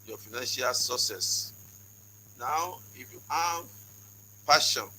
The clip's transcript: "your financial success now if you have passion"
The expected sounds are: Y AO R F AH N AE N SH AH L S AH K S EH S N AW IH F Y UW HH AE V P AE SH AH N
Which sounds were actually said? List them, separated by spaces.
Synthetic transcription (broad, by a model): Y AO F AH N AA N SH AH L S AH S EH S N AW IH F Y UW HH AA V P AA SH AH N